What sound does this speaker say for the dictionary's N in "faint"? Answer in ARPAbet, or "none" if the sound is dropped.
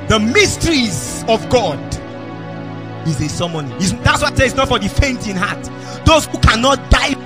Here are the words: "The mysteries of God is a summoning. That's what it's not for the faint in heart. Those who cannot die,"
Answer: N